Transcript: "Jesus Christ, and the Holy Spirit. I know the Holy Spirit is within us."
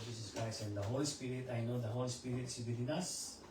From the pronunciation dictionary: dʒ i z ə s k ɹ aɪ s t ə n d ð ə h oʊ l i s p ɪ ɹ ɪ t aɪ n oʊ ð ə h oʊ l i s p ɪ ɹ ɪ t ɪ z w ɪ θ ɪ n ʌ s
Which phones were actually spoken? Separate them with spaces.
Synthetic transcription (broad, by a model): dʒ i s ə s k ɹ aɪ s ə n d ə h oʊ l i s p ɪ ɹ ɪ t aɪ n oʊ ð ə h oʊ l i s p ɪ ɹ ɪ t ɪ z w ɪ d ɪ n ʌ s